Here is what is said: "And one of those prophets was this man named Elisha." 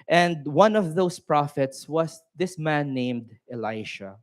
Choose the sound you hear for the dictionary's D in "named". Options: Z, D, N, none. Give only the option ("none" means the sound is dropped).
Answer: D